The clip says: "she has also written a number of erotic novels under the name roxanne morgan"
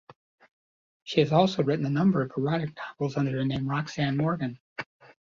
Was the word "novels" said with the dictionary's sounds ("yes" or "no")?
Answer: no